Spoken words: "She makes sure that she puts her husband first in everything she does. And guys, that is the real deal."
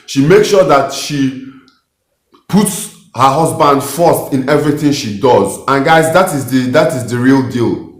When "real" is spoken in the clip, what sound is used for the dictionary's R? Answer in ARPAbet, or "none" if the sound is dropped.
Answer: R